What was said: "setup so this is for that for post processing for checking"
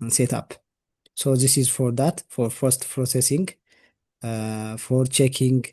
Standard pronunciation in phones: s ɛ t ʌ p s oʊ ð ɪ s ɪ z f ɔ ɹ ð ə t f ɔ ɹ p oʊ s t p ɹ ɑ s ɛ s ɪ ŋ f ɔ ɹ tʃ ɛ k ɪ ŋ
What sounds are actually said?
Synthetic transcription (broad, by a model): s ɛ t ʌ p s oʊ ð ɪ s ɪ z f ɔ ɹ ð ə t f ɔ ɹ f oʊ s t p ɹ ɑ s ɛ s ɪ ŋ f ɔ ɹ tʃ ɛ k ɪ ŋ